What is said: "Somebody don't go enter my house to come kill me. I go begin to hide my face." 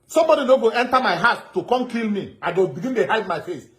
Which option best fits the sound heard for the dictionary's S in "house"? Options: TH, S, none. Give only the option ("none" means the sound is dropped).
none